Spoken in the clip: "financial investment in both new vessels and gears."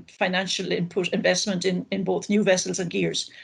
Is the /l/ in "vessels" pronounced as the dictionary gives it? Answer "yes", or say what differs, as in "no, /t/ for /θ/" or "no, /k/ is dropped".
yes